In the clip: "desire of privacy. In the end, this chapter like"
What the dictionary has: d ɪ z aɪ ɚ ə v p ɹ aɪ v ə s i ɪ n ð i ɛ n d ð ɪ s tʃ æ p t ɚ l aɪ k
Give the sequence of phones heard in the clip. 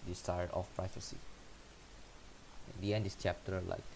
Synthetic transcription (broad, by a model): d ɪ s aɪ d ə f p ɹ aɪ f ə s i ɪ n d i ɛ n d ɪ s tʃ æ p t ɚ l aɪ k